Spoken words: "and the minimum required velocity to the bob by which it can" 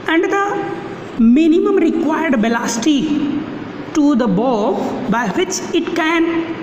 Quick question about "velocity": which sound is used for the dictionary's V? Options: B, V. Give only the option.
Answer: B